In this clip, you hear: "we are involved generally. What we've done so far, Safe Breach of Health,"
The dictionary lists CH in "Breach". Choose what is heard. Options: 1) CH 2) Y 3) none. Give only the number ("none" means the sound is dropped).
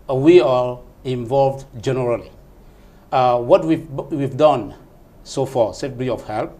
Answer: 3